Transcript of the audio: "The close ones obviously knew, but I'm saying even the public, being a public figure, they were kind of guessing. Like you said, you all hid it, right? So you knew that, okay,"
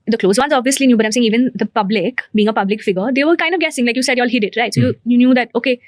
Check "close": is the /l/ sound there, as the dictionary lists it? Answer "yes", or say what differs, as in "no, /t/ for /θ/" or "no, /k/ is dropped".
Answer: yes